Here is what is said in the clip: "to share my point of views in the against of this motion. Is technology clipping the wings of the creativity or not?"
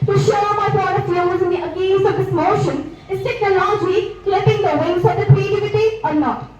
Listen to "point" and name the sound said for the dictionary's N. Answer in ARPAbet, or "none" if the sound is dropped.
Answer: none